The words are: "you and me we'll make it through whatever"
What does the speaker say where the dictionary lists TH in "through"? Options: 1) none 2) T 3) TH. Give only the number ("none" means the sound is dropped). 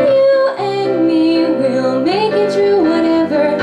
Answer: 2